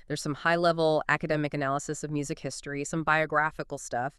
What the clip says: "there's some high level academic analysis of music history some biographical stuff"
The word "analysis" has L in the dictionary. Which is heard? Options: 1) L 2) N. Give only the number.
1